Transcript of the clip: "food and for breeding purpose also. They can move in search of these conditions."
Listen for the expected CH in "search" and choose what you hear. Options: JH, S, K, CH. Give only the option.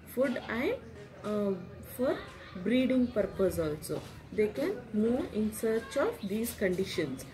CH